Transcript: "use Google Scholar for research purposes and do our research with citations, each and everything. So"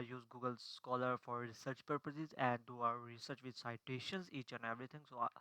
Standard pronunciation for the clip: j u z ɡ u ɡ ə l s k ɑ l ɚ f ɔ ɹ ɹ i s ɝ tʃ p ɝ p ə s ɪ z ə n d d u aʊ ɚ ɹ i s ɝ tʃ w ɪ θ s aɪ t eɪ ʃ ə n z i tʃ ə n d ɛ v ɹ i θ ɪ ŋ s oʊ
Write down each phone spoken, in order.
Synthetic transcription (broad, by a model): j u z ɡ u ɡ ə l s k ɑ l ɚ f ɔ ɹ ɹ i s ɝ tʃ p ɝ p ə s ɪ z ə n d d u aʊ ɚ ɹ i s ɝ tʃ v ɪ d s aɪ t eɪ ʃ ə n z i tʃ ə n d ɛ v ɹ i t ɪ ŋ s oʊ